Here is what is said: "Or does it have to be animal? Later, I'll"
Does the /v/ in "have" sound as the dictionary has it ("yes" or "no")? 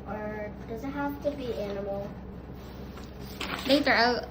no